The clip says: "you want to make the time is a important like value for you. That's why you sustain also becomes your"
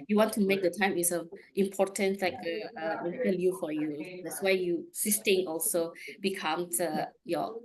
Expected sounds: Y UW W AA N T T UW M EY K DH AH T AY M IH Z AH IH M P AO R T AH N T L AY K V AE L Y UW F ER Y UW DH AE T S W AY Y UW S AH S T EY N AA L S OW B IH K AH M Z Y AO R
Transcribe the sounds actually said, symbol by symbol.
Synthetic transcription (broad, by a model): Y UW W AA N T T UW M EY K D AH T AY M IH S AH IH M P AO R T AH N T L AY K P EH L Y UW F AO Y UW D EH T S W AY Y UW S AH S T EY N AA L S OW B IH K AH M S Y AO